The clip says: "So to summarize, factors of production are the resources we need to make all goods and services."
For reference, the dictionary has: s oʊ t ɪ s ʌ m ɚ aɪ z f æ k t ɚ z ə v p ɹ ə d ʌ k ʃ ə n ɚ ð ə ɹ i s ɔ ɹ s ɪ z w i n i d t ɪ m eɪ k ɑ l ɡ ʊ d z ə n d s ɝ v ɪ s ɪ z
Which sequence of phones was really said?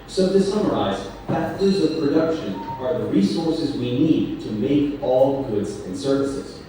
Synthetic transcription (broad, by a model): s oʊ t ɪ s ʌ m ɚ aɪ z p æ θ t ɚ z ə v p ɹ ə d ʌ k ʃ ə n ɚ ð ə ɹ i s ɔ ɹ s ɪ z w i n i d t ɪ m eɪ k ɑ l ɡ ʊ d z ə n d s ɝ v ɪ s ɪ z